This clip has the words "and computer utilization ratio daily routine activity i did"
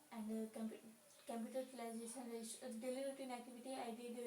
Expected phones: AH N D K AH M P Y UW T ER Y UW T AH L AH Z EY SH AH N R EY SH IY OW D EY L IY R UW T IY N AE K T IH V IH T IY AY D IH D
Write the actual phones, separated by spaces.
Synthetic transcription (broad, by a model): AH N D K AH M P Y UW T ER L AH AH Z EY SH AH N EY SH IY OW D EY L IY R UW T IY N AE K T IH V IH T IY AY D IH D